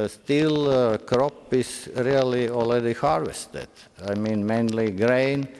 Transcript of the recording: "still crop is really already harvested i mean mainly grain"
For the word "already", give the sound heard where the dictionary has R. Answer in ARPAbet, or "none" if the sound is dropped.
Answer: L